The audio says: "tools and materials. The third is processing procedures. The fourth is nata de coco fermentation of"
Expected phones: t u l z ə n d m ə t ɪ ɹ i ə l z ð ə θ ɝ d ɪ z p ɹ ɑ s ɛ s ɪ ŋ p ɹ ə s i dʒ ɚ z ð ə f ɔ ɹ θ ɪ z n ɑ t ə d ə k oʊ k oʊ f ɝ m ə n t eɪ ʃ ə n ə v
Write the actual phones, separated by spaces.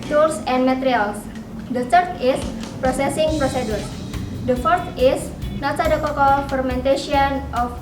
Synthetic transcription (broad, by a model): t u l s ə n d m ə t ɹ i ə l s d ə t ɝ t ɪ s p ɹ ɑ s ɛ s ɪ ŋ p ɹ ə s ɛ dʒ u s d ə f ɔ ɹ t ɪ s n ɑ s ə d ə k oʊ k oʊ f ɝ m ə n t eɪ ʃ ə n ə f